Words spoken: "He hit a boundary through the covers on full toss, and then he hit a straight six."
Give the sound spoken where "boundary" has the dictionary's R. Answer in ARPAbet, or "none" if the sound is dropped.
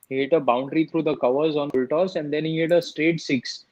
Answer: R